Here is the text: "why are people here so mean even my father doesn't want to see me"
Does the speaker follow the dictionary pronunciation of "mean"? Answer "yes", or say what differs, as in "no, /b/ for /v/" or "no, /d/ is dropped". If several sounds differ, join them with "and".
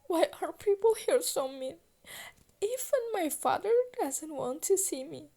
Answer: no, /n/ is dropped